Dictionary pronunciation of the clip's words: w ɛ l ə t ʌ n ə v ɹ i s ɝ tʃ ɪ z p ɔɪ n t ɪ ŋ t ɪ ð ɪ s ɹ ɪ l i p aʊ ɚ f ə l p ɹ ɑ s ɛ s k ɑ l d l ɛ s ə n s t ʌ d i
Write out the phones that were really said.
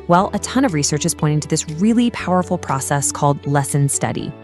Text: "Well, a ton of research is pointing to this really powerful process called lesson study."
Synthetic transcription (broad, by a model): w ɛ l ə t ʌ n ə v ɹ i s ɝ tʃ ɪ z p ɔɪ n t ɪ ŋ t ɪ ð ɪ s ɹ ɪ l i p aʊ ɚ f l p ɹ ɑ s ɛ s k ɑ l d l ɛ s ə n s t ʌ d i